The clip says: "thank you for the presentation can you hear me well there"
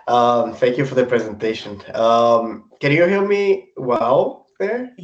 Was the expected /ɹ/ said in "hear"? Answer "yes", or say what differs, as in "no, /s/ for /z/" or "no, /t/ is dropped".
no, /l/ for /ɹ/